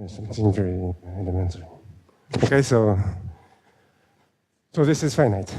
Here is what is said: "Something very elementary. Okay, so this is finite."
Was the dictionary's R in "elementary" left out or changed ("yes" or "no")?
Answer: yes